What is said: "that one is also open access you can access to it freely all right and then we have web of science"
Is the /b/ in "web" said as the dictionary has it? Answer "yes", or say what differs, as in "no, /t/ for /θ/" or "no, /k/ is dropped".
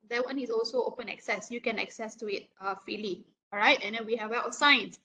no, /b/ is dropped